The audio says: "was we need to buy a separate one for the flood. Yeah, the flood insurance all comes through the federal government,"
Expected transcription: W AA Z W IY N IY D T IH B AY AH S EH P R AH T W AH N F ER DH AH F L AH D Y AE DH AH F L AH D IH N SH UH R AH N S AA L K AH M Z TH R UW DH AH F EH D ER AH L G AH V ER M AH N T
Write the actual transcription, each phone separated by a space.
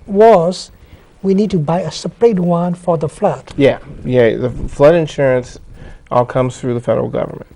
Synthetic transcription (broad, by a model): W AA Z W IY N IY D T IH B AY AH S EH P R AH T W AH N F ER DH AH F L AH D Y AE DH AH F L AH D IH N SH UH R AH N S AA L K AH M Z TH R UW DH AH F EH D ER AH L G AH V ER M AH N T